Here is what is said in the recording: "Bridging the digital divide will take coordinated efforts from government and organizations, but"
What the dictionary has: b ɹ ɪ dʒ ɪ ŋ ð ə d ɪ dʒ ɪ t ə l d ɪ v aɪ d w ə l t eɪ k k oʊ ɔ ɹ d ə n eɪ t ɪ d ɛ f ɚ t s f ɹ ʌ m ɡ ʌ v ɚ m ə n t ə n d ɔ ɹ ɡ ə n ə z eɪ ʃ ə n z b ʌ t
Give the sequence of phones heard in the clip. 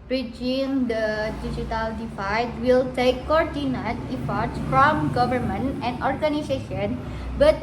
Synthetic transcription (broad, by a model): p ɹ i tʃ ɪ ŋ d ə d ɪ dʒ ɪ t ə l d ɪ f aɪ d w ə l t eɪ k k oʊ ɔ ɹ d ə n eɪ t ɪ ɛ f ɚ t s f ɹ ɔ m ɡ ʌ v ɚ m ə n t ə n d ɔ ɹ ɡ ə n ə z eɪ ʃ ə n b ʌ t